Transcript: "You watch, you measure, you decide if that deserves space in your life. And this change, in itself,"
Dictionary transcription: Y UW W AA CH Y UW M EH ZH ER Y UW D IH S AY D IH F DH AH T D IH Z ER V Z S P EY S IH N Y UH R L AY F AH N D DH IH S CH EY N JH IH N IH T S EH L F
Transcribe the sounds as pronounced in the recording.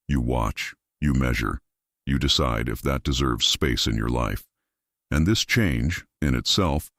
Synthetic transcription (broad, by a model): Y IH W AA CH Y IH M EH ZH ER Y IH D IH S AY D IH F DH AH T D IH Z ER V Z S P EY S IH N Y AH R L AY F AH N DH IH S CH EY N JH IH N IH T S EH L F